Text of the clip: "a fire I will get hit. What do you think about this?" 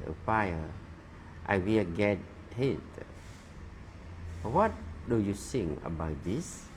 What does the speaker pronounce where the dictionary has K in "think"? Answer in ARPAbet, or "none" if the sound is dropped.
none